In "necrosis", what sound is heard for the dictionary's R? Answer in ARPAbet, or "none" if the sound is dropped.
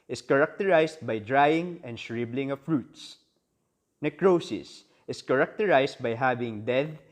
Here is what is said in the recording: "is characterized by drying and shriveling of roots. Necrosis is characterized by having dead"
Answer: R